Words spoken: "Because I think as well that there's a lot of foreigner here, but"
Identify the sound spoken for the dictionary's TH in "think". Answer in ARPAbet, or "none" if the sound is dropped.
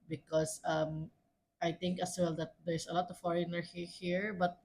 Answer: T